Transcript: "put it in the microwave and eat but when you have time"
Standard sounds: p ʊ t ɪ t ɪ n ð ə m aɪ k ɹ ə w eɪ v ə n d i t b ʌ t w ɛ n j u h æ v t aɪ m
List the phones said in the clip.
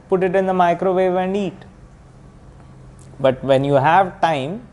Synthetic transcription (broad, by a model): p ʊ t ɪ t ɪ n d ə m aɪ k ɹ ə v eɪ v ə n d i t b ʌ t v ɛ n j u h æ v t aɪ m